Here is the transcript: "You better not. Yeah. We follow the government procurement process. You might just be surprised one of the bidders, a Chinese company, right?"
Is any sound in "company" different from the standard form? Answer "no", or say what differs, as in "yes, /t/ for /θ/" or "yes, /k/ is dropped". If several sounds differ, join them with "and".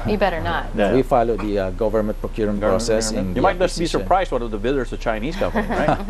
yes, /n/ is dropped